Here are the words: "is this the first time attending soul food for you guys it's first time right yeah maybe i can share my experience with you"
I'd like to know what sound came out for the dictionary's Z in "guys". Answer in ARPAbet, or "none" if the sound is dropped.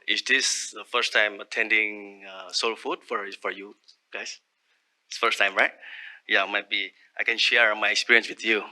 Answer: S